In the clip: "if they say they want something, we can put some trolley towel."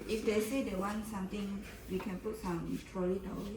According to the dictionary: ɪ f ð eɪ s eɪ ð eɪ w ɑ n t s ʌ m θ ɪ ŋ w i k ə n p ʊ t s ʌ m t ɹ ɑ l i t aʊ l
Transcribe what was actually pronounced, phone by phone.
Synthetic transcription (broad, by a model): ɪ f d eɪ s eɪ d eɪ w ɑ n s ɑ m t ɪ ŋ w i k ə n p ʊ t s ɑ m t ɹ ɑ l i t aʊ